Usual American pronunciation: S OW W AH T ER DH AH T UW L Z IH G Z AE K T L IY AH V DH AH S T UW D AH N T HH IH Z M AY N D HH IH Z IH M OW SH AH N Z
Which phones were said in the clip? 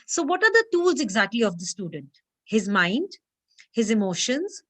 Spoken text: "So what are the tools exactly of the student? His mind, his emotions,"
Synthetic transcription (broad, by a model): S OW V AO T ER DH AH T UW L Z IH G Z AE K T L IY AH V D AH S T UW D AH N T HH IH Z M AY N D HH IH Z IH M OW SH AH N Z